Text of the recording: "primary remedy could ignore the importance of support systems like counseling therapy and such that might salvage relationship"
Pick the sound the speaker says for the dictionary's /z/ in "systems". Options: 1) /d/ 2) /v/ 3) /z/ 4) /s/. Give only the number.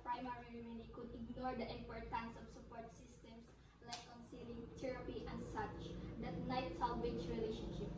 4